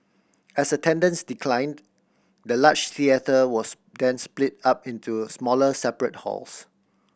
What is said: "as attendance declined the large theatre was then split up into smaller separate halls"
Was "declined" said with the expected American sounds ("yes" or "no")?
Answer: yes